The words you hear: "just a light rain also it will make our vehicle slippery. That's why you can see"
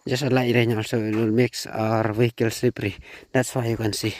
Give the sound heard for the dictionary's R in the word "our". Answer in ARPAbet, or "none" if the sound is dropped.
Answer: R